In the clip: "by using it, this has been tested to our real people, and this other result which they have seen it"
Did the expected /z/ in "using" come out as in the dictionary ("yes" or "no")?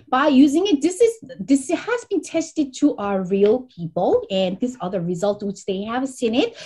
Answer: yes